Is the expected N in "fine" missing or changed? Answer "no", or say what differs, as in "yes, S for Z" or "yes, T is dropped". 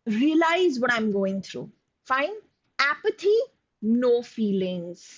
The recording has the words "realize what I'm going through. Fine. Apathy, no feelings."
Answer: no